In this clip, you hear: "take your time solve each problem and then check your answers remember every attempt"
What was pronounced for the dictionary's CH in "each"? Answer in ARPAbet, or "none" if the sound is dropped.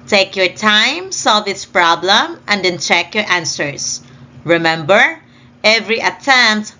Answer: S